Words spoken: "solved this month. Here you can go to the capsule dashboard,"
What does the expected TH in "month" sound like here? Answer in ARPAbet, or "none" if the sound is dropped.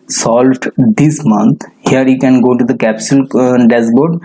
T